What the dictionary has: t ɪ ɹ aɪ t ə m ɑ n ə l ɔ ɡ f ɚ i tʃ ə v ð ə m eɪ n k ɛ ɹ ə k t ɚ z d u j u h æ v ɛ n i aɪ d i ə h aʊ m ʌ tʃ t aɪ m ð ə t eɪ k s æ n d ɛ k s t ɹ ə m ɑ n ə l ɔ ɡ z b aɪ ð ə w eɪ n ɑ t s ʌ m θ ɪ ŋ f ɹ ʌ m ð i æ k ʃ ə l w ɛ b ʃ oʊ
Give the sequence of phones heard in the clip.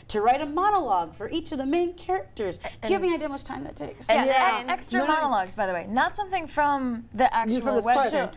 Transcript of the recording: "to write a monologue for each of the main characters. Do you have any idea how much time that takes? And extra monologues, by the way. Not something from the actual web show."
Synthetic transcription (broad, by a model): t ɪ ɹ aɪ t ə m ɑ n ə l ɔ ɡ f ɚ i tʃ ə v ð ə m eɪ n k ɛ ɹ ə k t ɚ z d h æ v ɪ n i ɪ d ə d m ʌ tʃ t aɪ m ð ə t eɪ k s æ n ɛ k s t ɹ ə m ɑ n ə l ɔ ɡ z b aɪ ð ə w eɪ n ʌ t s ʌ m θ ɪ ŋ f ɹ ʌ m ð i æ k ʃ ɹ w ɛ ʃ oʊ